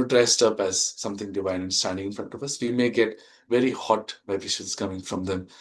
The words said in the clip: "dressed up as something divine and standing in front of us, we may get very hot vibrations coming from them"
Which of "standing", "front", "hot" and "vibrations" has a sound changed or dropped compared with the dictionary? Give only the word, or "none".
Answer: vibrations